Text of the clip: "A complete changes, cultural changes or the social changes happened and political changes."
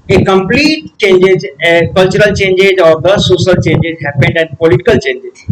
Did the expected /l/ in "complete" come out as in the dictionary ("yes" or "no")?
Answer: yes